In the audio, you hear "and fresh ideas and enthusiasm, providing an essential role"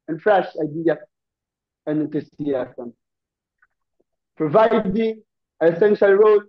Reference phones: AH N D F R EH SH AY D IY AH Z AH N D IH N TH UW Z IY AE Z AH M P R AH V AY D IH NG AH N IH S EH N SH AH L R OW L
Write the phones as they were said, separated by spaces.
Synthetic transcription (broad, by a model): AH N F R EH SH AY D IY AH AH N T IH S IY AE S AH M P R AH V AY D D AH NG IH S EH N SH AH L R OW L